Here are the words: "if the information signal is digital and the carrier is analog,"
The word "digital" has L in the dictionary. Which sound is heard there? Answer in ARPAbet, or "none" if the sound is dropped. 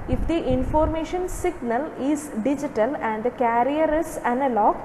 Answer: L